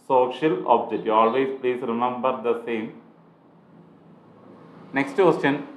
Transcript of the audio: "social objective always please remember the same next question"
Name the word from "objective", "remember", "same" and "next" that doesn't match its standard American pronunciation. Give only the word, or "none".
objective